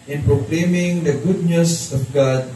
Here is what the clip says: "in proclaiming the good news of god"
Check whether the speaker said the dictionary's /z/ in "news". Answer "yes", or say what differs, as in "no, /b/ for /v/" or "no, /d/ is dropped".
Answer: no, /s/ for /z/